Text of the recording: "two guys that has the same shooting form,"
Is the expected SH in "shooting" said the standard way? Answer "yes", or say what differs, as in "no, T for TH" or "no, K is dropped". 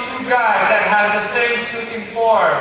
no, S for SH